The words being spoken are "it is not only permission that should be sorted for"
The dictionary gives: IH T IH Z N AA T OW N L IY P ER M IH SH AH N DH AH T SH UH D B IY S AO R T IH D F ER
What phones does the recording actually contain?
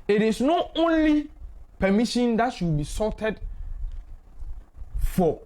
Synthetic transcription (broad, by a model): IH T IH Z N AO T OW N L IY P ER M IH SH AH N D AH T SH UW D B IY S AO T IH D F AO